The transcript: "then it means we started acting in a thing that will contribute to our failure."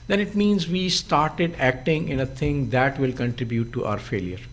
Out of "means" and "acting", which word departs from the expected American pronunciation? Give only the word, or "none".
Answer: none